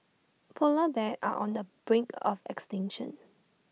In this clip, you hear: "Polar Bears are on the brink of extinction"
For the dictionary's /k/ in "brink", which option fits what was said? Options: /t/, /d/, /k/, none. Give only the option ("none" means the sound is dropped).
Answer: /k/